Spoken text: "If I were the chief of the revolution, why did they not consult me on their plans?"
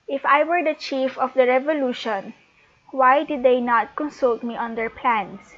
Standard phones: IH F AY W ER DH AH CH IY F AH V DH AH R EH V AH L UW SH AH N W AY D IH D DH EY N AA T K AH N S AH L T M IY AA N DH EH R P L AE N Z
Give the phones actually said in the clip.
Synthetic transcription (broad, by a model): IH F AY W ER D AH CH IY F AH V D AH R EH V AH L UW SH AH N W AY D IH D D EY N AA T K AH N S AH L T M IY AA N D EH R P L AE N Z